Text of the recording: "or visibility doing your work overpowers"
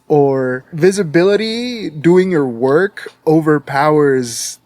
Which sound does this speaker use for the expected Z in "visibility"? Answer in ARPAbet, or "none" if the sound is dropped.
Z